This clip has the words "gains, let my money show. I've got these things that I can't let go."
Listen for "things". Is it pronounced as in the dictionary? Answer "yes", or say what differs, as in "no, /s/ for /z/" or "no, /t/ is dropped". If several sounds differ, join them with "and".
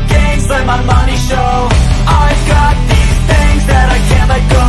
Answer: yes